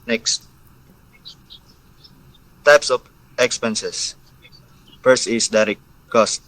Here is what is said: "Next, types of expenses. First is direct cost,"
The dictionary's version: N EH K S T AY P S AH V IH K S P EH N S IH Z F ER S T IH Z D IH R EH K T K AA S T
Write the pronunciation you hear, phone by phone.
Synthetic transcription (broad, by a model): N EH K S T AY P S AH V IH K S P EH N S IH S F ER S IH S D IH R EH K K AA S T